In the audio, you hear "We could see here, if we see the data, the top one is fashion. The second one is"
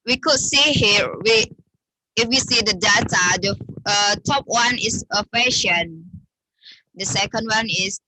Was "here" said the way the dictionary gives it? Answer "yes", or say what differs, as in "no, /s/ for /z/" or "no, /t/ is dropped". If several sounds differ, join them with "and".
no, /w/ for /ɹ/